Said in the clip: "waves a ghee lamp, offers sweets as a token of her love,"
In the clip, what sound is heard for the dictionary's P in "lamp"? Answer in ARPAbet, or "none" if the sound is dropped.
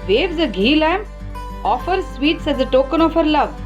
none